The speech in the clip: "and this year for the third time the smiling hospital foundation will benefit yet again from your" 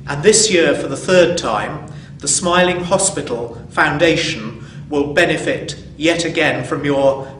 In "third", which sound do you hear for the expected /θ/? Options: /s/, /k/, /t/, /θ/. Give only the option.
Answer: /θ/